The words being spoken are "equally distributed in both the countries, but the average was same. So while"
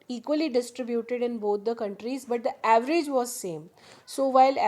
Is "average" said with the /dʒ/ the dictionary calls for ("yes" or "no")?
yes